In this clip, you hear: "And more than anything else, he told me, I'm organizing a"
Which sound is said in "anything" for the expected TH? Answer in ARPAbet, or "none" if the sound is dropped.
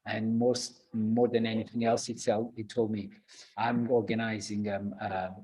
TH